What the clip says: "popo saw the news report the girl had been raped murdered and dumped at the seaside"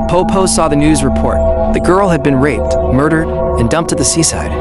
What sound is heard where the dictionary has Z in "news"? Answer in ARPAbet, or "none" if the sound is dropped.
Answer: Z